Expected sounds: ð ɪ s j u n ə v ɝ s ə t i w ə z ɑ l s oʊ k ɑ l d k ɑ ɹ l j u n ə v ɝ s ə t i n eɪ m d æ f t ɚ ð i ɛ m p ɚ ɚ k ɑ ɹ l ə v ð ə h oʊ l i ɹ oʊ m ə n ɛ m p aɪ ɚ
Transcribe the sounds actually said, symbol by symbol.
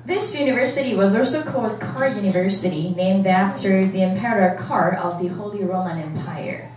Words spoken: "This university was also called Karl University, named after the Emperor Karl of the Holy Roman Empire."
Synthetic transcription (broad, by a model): ð ɪ s j u n ə v ɝ s ə t i w ə z ɑ l s oʊ k ɑ l d k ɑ ɹ j u n ə v ɝ s ə t i n eɪ m d æ f t ɚ ð i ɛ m p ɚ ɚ k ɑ ɹ ə v ð ə h oʊ l i ɹ oʊ m ə n ɛ m p aɪ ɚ